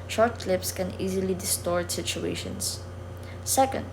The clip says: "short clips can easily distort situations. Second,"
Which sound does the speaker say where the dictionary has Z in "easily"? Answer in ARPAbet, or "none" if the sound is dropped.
Z